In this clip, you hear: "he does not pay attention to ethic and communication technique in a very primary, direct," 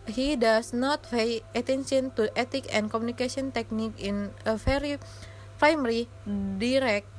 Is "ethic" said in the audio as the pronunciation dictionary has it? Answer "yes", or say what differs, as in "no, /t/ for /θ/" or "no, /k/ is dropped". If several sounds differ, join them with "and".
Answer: no, /t/ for /θ/